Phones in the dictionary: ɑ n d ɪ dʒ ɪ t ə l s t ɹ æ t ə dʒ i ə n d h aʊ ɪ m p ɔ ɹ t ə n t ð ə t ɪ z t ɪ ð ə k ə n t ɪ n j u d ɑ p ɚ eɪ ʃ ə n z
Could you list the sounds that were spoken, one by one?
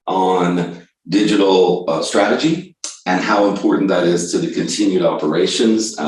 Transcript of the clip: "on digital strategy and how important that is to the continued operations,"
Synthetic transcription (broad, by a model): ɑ n d ɪ dʒ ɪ t l s t ɹ æ t ə dʒ i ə n h aʊ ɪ m p ɔ ɹ t n ð ə t ɪ z t ɪ ð ə k ə n t ɪ n j u d ɑ p ɚ eɪ ʃ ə n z